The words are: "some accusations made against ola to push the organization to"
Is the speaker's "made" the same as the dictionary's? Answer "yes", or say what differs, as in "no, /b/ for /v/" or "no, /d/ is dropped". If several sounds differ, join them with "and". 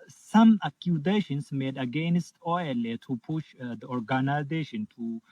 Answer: yes